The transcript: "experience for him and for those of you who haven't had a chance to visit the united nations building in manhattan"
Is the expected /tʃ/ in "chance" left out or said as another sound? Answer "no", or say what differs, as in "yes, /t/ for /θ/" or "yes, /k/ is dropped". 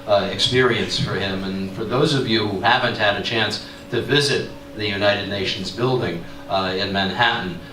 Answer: no